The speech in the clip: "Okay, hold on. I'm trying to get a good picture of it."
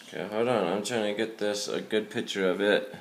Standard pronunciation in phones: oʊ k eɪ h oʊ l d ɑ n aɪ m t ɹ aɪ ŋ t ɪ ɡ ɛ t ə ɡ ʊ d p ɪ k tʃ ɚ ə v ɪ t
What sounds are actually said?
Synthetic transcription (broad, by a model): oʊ k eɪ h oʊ d ɑ n aɪ m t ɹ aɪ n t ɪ ɡ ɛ t ə ɡ ʊ d p ɪ k tʃ ɚ ə v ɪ t